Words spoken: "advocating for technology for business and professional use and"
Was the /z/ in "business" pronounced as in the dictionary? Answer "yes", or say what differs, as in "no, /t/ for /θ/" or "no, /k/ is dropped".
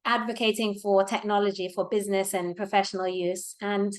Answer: yes